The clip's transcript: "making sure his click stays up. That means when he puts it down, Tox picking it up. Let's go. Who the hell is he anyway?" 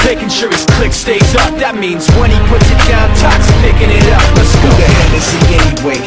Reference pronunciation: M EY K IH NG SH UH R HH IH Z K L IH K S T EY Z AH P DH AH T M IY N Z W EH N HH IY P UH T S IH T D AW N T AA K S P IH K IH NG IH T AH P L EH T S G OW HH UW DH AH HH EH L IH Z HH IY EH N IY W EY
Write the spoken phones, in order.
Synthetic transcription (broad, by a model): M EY K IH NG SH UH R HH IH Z K L IH K S T EY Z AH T DH AH T M IY N Z W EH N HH IY P UH T S IH T D AW N T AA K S P IH K IH NG IH T AH P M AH S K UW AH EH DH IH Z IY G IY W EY